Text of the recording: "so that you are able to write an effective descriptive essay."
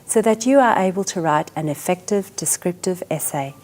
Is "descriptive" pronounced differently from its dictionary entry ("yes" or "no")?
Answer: no